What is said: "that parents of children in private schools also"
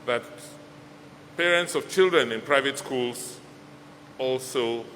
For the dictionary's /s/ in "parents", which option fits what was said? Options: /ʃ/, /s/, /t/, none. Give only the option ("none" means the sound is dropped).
/s/